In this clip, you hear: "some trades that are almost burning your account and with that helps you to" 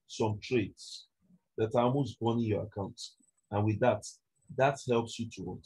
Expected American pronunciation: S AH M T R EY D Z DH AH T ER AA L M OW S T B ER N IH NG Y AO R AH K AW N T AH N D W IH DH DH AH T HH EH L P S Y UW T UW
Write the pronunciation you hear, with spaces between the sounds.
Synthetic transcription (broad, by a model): S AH M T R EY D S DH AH T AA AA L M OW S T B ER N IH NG Y AO R AH K AW N T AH N W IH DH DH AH T HH EH L P S Y UW T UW